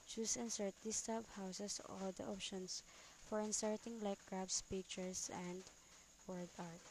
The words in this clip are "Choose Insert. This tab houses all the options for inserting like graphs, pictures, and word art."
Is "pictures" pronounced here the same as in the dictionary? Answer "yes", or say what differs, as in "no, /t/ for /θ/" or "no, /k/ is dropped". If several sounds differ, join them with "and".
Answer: no, /s/ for /z/